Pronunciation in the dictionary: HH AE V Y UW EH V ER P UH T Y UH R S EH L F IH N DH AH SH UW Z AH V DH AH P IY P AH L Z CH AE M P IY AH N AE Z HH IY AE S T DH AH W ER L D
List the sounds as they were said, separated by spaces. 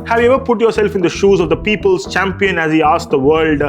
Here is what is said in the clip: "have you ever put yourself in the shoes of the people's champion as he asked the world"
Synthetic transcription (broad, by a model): HH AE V Y UW EH V ER P UH T Y UH R S EH L F IH N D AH SH UW Z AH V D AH P IY P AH L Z CH AE M P IY AH N AE Z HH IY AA S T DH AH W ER L D